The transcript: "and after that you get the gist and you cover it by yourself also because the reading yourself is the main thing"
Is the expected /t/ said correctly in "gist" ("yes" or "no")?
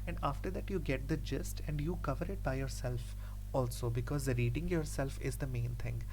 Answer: yes